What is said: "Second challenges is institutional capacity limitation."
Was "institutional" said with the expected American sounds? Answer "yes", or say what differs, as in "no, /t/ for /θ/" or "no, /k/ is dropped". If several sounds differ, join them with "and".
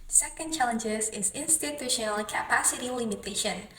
yes